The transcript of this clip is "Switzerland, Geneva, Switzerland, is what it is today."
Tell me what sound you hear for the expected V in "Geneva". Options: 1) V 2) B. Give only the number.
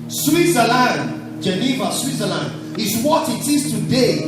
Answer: 1